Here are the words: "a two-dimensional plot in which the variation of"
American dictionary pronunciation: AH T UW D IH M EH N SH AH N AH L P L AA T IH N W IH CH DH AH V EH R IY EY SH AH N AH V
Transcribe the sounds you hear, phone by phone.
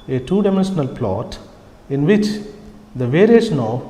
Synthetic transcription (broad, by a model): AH T UW D IH M EH N SH AH N AH L P L AA T IH N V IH CH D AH V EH R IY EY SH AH N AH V